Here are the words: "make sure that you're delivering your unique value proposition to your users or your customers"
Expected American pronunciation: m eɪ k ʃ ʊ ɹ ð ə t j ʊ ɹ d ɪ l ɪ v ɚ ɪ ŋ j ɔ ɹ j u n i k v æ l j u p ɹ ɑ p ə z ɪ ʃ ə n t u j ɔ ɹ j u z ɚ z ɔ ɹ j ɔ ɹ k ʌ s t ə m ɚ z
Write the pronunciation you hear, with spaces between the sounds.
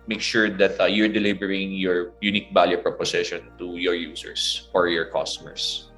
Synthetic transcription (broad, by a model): m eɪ k ʃ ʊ ɹ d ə t j ʊ ɹ d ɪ l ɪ b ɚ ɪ ŋ j ɔ ɹ j u n i k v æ l j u p ɹ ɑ p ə s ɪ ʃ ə n t u j ɔ ɹ j u s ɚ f ɔ ɹ j ɔ ɹ k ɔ s t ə m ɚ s